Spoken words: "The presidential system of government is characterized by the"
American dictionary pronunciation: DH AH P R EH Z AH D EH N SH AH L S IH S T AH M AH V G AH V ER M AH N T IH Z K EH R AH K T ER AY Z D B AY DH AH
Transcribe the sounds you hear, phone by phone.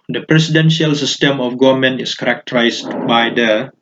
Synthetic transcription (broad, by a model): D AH P R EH S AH D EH N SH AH L S IH S T AH M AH F G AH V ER M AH N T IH S K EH R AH K T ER AY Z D B AY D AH